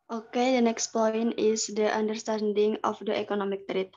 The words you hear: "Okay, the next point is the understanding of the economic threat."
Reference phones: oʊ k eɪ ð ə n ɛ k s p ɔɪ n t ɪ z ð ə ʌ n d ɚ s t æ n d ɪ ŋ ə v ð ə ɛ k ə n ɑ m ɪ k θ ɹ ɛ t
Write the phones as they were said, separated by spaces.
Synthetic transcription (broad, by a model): oʊ k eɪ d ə n ɛ k s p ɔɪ n ɪ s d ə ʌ n d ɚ s t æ n d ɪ ŋ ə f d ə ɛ k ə n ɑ m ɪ k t ɹ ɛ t